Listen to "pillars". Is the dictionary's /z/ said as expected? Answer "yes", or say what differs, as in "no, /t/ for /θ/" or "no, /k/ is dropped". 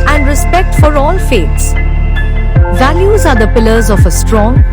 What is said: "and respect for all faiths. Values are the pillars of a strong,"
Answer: yes